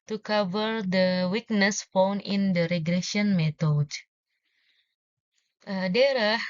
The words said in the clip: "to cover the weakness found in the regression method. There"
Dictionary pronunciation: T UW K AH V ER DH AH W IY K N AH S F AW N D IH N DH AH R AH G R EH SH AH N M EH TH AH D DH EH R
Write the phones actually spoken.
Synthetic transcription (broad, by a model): T UW K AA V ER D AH W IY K N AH S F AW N IH N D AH R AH G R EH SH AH N M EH T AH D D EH R